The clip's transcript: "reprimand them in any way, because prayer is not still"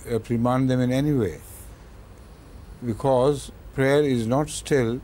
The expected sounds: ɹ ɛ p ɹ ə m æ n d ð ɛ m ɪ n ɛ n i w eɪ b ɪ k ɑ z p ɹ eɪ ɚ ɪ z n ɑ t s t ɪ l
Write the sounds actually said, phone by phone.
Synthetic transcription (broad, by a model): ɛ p ɹ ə m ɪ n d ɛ m ɪ n ɛ n i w eɪ b ɪ k ɑ z p ɹ eɪ ɚ ɪ z n ɑ t s t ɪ l